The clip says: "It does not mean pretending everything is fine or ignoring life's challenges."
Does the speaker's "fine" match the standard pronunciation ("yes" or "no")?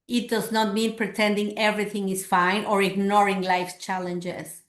yes